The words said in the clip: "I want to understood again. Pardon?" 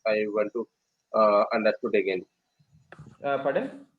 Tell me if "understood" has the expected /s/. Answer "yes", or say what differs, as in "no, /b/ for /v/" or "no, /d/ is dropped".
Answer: no, /s/ is dropped